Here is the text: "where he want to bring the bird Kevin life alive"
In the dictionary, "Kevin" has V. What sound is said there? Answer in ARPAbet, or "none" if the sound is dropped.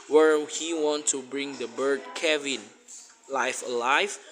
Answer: V